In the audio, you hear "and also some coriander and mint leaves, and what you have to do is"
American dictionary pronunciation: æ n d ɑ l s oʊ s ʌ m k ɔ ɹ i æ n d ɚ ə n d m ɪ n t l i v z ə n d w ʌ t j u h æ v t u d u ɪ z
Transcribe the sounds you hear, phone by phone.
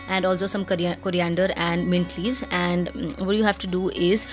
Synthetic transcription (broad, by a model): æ n d ɑ l s oʊ s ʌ m k ɔ ɹ i æ n d ɚ ə n d m ɪ n t l i v z ə n d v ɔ t j u h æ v t u d u ɪ z